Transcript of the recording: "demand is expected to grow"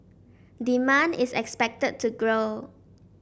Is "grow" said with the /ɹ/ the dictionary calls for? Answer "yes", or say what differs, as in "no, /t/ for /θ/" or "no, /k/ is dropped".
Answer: yes